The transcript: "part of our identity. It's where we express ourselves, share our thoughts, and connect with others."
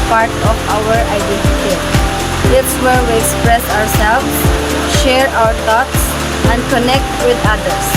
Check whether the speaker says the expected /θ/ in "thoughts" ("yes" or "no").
no